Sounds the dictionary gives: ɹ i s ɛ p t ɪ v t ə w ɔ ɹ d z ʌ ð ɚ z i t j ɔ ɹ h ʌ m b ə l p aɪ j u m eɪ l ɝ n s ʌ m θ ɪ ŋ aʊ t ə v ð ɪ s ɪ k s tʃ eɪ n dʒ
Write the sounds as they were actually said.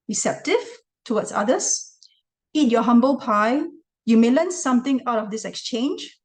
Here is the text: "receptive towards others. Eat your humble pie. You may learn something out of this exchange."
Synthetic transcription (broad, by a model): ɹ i s ɛ p t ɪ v t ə w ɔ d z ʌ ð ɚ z i t j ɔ h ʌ m b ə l p aɪ j u m eɪ l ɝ n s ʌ m t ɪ ŋ aʊ t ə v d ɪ s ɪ k s tʃ eɪ n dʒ